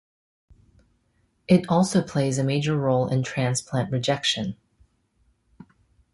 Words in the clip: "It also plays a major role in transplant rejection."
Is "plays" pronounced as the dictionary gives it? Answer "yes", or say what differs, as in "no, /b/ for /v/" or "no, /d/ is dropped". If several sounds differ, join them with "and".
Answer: yes